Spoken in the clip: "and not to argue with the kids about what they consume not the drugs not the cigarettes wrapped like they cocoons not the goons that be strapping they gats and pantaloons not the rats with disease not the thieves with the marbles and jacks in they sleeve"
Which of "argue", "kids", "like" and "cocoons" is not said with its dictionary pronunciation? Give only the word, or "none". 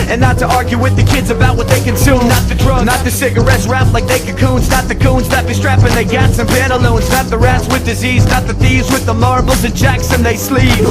none